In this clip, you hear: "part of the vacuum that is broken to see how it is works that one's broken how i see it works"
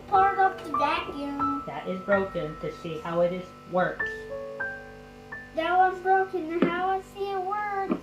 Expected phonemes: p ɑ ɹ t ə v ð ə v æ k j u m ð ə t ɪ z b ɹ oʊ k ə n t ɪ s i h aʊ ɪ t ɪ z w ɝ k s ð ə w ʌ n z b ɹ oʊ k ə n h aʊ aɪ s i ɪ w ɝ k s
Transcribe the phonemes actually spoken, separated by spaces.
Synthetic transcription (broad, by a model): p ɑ ɹ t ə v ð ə b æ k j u ð ə t ɪ z b ɹ oʊ k ə n t ɪ s i h aʊ ɪ t ɪ z w ɝ k s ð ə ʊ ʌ z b ɹ oʊ k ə n h aʊ aɪ s i ɪ w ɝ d